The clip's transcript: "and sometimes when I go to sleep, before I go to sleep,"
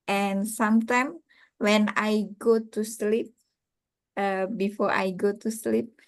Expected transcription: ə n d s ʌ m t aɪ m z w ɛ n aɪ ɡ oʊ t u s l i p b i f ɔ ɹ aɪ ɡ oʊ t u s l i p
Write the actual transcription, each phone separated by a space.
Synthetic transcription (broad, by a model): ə n s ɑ m t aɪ m w ɛ n aɪ ɡ oʊ t u s l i p b i f ɔ ɹ aɪ ɡ oʊ t u s l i p